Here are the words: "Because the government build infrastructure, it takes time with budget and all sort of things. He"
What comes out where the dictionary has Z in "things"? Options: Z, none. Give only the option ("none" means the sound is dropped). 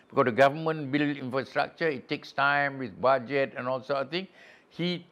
none